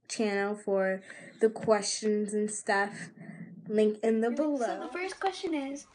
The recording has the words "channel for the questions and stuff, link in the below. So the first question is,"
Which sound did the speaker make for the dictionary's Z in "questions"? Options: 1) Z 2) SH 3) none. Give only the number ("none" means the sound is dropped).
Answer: 1